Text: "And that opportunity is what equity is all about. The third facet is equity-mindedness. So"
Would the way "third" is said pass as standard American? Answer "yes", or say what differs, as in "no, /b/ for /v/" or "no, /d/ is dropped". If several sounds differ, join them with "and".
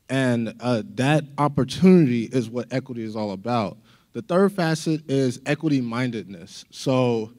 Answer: yes